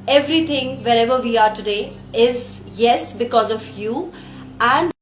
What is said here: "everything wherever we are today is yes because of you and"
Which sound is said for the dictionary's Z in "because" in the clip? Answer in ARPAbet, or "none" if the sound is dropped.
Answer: Z